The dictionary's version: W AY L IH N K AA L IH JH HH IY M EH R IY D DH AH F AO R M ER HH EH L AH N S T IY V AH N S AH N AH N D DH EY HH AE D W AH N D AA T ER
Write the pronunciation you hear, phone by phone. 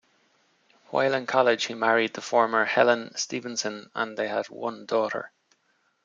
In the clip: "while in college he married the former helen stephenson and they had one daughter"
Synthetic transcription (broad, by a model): W AY L IH N K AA L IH ZH HH IY M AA R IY D DH AH F AO R M ER HH EH L AH N S T IY V AH N S AH N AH N DH EY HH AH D W AH N D AA T ER